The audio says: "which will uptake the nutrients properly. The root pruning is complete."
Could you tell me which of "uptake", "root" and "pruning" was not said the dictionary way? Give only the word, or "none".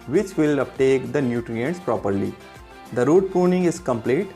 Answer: pruning